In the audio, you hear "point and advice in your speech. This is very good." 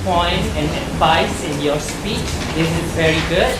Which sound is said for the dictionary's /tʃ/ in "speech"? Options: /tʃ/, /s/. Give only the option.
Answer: /tʃ/